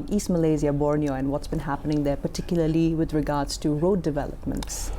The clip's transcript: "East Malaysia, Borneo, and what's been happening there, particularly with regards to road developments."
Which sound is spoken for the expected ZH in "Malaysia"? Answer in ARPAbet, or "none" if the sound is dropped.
Z